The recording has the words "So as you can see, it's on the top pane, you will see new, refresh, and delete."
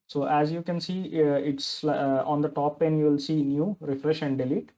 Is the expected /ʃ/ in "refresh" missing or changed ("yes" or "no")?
no